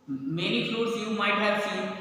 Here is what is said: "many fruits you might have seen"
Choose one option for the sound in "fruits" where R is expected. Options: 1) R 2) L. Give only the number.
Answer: 2